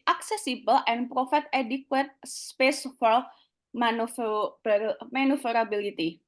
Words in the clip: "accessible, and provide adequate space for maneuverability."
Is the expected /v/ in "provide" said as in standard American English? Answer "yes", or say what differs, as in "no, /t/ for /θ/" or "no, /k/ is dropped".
no, /f/ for /v/